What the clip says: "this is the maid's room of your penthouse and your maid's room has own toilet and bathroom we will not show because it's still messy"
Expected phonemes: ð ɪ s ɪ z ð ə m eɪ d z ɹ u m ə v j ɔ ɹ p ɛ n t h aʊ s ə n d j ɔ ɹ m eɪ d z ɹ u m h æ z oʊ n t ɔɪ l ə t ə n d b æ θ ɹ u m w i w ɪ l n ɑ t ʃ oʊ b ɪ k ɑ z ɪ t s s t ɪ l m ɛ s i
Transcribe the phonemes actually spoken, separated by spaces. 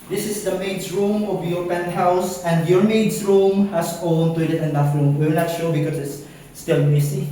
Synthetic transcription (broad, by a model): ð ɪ s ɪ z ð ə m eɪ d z ɹ u m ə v j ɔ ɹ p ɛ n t h aʊ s ə n d j ɔ ɹ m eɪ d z ɹ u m h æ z oʊ n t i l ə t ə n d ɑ f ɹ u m w i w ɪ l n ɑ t ʃ oʊ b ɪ k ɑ s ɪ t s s t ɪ l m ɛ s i